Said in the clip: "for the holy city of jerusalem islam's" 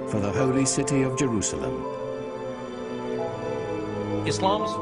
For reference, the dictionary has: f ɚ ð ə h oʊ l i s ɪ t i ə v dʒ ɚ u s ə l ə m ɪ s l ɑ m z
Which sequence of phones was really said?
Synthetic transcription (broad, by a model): f ɚ ð ə h oʊ l i s ɪ t i ə v dʒ ɚ u s ə l ə m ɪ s l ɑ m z